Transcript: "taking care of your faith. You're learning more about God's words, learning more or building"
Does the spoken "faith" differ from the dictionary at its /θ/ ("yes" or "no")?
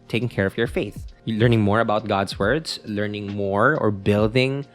no